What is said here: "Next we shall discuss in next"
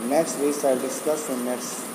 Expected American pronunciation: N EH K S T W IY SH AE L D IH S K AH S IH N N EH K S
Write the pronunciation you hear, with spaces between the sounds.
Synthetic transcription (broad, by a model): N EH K S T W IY S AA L D IH S K AH S IH N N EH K S